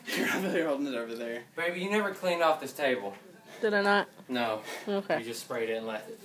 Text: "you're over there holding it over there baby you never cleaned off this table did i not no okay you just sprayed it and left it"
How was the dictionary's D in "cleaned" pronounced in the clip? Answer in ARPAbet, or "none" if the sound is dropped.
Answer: none